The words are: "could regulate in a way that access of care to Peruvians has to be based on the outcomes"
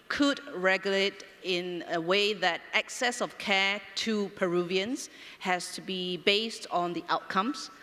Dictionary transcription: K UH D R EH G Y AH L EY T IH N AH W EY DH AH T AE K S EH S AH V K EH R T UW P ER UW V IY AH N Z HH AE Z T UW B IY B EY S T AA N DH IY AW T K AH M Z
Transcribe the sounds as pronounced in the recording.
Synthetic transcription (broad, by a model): K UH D R EH G Y AH L EY T IH N AH W EY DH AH T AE K S EH S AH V K EH T UW P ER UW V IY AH N S HH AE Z T UW B IY B EY S T AA N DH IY AW T K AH M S